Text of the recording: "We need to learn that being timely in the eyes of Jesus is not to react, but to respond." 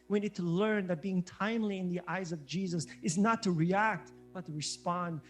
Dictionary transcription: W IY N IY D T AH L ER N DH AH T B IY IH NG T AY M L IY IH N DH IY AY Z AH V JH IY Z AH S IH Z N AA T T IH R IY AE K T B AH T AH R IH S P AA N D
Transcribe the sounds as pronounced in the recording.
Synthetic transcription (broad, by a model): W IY N IY D T AH L ER N DH AH T B IY IH NG T AY M L IY IH N DH IY AY Z AH V JH IY Z AH S IH Z N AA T T IH R IY AE K T B AH T AH R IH S P AA N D